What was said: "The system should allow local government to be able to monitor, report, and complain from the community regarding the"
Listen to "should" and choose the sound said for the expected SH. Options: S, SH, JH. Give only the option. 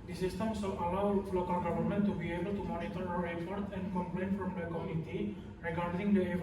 S